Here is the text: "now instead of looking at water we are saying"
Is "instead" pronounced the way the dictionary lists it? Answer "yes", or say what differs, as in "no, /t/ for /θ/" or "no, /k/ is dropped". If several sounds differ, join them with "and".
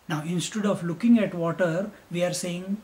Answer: yes